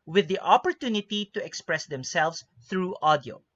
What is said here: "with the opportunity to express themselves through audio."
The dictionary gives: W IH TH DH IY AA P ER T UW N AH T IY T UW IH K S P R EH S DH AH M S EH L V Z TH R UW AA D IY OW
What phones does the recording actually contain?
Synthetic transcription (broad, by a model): W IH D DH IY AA P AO T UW N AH T IY T UW IH K S P R EH S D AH M S EH L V S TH R UW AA D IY OW